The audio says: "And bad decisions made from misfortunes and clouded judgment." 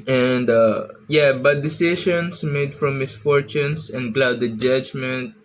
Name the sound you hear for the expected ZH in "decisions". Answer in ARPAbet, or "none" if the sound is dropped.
SH